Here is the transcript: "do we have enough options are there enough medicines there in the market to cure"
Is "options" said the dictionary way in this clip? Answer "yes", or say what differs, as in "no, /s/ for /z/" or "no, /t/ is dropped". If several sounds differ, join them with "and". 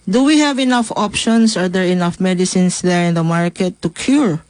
no, /s/ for /z/